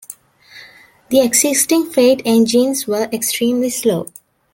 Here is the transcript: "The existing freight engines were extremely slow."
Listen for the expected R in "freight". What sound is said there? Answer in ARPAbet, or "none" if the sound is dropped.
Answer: none